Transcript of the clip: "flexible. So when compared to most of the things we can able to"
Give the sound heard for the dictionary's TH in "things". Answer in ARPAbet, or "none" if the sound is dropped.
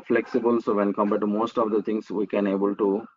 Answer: T